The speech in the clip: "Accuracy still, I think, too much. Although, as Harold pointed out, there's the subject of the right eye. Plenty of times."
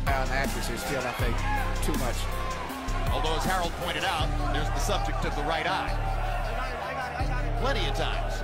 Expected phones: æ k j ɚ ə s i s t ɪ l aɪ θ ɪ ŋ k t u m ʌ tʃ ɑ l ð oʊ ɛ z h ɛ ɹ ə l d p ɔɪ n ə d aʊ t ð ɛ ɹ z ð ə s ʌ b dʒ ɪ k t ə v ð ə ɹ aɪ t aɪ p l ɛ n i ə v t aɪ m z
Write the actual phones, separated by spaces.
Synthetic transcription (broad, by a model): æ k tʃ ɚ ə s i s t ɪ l aɪ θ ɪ k t u m ʌ tʃ ɑ l ð oʊ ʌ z h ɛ ɹ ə l d p ɔɪ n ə d aʊ t ð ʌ ɹ z ð ə s ʌ b dʒ ɪ k t ə v ð ə ɹ aɪ t aɪ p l ɛ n i ə v t aɪ m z